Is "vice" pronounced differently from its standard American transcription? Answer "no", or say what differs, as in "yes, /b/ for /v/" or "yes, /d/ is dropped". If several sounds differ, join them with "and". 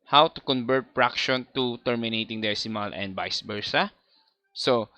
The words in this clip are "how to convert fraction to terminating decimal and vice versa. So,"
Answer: yes, /b/ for /v/